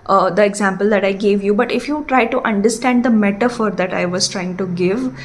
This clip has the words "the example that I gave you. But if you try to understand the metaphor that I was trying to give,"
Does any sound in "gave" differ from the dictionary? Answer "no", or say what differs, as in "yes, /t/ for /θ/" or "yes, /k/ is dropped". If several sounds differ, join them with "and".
no